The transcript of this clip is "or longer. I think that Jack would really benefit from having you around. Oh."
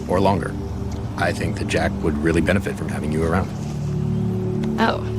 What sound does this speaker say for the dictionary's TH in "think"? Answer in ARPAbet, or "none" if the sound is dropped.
TH